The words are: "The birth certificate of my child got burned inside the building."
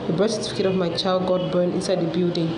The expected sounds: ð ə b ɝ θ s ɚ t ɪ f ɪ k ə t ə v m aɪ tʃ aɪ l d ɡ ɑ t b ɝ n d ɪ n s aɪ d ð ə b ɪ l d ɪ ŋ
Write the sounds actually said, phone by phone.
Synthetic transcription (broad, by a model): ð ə b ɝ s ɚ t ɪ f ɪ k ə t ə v m aɪ tʃ aɪ l d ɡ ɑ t b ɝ n ɪ n s aɪ d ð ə b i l d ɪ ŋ